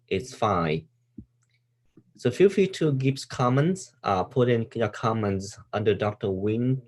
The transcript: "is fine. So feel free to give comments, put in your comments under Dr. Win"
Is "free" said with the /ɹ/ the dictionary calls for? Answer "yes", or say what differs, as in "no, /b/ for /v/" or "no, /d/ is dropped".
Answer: no, /ɹ/ is dropped